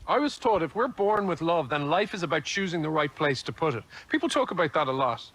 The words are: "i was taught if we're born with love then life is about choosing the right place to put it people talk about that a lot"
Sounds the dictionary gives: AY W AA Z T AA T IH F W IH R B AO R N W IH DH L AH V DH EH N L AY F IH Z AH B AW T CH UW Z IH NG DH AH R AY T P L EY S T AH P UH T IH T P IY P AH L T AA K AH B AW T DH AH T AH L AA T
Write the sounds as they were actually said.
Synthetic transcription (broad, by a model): AY W AA Z T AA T IH F W IH R B AO R N W IH DH L AH V DH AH N L AY F IH Z AH B AW T CH UW Z IH NG DH AH R AY T P L EY S T AH P UH T IH T P IY P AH L T AA K AH B AW T DH AH T AH L AA T